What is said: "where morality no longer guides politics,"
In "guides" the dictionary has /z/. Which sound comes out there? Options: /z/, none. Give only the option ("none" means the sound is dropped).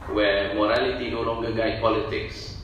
none